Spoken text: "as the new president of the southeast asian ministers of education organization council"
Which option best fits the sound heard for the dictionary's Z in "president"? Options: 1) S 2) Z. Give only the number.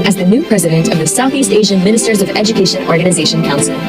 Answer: 2